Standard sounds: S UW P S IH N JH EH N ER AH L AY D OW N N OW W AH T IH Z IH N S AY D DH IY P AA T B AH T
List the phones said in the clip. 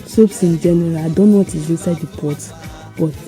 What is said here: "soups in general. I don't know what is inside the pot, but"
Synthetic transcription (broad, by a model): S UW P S IH N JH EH N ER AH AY D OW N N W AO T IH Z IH S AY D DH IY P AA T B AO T